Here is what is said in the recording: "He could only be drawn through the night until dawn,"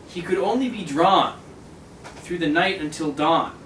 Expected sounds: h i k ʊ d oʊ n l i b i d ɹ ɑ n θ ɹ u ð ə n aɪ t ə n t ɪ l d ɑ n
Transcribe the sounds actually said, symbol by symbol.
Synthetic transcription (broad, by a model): h i k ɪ d oʊ n l i b i d ɹ ɑ n θ ɹ u ð ə n aɪ t ə n t ɪ l d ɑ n